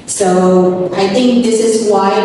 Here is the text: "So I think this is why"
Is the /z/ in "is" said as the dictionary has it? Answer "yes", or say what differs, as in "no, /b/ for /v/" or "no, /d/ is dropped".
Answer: yes